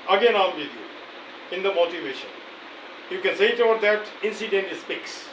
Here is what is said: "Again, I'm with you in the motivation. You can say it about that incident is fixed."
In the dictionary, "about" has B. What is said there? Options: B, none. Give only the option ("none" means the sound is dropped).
none